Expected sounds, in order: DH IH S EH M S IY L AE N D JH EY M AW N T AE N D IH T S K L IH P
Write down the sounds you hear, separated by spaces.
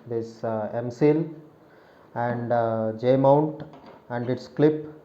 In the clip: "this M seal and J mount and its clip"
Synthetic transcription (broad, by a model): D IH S EH M S IY L AE N D JH EY M AW N T AE N D IH T S K L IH P